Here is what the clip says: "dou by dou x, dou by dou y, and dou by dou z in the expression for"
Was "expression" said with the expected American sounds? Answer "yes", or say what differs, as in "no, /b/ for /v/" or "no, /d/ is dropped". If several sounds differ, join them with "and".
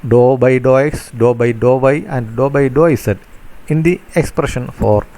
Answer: yes